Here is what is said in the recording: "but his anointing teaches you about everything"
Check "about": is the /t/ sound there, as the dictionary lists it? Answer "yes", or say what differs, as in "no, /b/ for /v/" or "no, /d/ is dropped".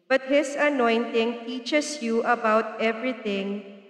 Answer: yes